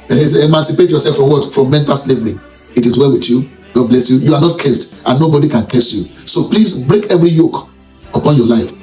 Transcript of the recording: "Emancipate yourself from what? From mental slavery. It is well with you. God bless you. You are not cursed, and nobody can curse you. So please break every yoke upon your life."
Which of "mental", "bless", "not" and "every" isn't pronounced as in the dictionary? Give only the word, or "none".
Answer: none